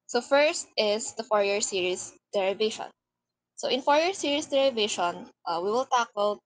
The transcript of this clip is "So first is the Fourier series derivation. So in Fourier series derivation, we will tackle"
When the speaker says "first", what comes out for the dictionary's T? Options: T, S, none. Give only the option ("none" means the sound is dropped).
T